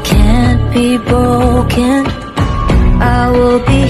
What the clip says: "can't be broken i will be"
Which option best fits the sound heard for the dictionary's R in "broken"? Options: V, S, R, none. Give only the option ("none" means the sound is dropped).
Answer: none